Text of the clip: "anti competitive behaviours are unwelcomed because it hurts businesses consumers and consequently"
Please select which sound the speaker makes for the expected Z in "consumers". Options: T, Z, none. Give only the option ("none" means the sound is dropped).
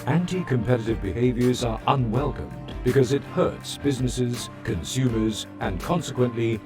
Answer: Z